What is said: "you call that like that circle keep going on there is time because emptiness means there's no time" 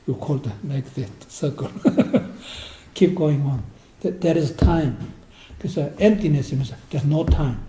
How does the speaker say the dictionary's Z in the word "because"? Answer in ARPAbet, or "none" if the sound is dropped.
none